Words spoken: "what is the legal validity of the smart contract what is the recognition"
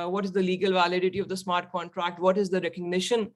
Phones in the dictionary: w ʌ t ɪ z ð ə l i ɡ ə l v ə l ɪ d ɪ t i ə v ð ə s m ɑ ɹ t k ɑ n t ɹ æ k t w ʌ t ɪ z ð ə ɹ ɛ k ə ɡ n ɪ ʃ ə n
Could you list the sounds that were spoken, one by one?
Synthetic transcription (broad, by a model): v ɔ t ɪ z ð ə l i ɡ ə l v ə l ɪ d ɪ t i ə v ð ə s m ɑ ɹ t k ɑ n t ɹ æ k t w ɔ t ɪ z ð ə ɹ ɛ k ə ɡ n ɪ ʃ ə n